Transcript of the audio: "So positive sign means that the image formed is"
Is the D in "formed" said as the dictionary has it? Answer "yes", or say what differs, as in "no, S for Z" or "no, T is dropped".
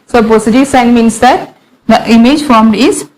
yes